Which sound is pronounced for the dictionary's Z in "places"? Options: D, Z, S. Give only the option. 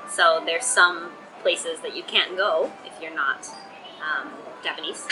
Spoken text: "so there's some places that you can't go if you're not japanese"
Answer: Z